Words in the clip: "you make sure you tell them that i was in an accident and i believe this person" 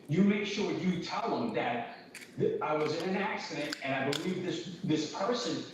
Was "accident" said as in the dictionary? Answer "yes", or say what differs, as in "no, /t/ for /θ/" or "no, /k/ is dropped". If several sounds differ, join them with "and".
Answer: yes